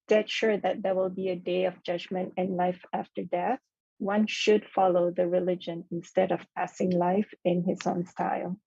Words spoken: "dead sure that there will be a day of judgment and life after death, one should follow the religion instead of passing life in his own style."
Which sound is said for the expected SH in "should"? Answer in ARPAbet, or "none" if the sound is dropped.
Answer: SH